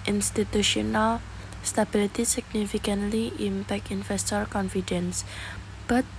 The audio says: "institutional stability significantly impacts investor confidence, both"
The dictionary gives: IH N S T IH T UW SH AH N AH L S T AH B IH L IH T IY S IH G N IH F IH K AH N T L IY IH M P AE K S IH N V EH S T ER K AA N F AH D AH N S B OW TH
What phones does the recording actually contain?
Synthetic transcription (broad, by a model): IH N S T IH T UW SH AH N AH L S T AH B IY L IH T IY S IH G N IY F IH K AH N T L IY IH M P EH K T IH N F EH S T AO K AA N F AH D AH N S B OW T